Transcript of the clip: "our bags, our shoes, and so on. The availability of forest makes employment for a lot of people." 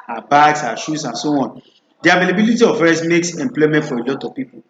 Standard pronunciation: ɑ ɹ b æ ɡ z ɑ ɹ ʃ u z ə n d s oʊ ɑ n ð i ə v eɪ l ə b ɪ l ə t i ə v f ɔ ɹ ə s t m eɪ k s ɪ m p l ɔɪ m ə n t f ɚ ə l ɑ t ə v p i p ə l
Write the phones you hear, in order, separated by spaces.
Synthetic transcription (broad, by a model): ɑ b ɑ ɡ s ɑ ʃ u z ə n s oʊ ɑ n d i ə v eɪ l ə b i l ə t i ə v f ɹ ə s m eɪ k s ɪ m p l ɔɪ m ə n t f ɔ ə l ɑ t ə v p i p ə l